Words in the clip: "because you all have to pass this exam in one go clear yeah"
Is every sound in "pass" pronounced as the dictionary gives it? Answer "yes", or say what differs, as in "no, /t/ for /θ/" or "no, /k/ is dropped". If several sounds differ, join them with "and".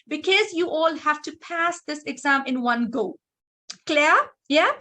yes